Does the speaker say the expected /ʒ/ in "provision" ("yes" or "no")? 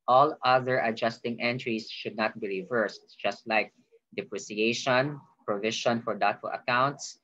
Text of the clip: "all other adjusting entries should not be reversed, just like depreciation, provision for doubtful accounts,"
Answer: no